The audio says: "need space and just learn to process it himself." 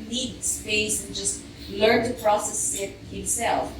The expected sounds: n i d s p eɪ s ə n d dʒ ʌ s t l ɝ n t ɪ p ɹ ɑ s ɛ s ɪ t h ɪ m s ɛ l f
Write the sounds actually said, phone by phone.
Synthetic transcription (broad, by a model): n i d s f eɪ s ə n dʒ ʌ s t l ɝ n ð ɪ p ɹ ɑ s ɛ s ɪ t h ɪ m s ɛ l f